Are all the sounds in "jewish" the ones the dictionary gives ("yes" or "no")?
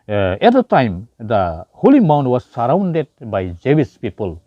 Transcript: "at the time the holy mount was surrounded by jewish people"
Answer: no